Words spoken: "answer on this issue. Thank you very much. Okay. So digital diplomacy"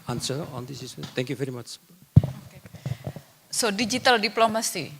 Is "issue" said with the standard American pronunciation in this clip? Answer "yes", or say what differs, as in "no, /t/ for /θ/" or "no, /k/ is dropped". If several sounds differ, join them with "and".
no, /s/ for /ʃ/